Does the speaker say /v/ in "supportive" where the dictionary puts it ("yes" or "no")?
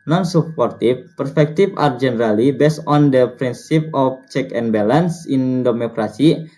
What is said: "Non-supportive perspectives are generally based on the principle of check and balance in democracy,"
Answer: no